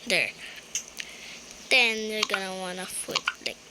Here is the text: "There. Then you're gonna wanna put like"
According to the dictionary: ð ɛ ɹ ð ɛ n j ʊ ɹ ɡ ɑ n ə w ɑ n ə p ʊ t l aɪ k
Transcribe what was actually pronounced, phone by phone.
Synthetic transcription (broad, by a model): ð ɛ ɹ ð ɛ n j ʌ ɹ ɡ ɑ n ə w ɑ n ə f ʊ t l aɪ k